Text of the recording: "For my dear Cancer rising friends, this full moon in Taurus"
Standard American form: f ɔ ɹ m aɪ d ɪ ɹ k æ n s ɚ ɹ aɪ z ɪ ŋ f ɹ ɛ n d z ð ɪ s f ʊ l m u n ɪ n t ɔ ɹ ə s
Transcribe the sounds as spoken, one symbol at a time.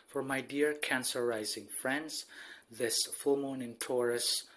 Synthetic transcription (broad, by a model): f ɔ ɹ m aɪ d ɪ ɹ k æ n s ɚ ɹ aɪ z ɪ ŋ f ɹ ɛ n d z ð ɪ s f ʊ l m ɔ n ɪ n t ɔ ɹ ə s